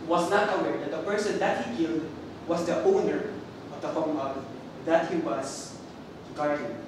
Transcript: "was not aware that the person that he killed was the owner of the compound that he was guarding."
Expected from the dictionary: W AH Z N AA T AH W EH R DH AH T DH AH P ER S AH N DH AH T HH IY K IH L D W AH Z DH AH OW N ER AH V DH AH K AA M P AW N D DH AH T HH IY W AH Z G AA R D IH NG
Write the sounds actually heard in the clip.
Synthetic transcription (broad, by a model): W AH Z N AA T AH W EH R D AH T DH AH P ER S AH N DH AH T HH IY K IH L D W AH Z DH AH OW N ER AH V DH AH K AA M AW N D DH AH T HH IY W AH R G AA R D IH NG